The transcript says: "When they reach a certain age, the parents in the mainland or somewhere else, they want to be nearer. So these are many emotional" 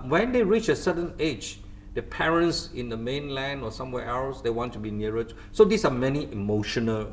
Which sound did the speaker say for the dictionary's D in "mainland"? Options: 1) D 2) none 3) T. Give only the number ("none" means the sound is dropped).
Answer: 1